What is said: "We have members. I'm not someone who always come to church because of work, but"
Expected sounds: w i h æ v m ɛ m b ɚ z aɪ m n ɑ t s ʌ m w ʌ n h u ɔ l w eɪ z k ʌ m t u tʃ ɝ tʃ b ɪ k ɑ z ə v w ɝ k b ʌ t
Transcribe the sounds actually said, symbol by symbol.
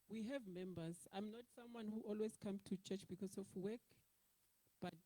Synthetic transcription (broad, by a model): w i h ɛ v m ɛ m b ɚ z aɪ m n ɑ t s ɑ m w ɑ n h u ɔ l w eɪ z k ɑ m t u tʃ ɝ tʃ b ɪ k ɑ s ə f w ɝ k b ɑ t